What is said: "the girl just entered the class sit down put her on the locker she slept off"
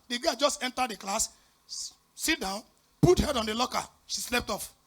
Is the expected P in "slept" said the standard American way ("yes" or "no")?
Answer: yes